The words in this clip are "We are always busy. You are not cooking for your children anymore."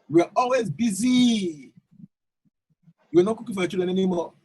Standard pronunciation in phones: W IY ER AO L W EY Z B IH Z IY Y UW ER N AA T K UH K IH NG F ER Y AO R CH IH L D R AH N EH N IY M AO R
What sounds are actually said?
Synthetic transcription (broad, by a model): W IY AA AO L W EY Z B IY Z IY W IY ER N AA T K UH K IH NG F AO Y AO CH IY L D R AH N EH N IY M AO